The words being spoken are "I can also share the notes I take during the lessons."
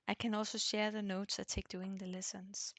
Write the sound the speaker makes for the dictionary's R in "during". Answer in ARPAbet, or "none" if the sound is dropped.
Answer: none